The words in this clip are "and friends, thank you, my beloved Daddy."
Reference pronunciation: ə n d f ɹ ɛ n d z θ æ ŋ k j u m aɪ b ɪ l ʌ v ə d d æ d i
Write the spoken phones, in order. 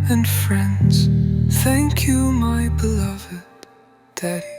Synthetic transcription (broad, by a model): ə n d f ɹ ɛ n d z θ æ ŋ k j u m aɪ b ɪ l ʌ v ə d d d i